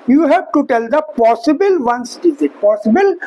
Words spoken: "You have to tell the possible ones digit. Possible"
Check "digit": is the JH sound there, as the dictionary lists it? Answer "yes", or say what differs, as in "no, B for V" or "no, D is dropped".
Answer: no, Z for JH